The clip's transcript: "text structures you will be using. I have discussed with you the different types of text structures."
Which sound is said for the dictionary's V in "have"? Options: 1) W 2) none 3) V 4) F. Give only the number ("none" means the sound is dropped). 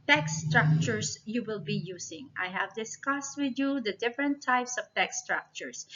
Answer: 3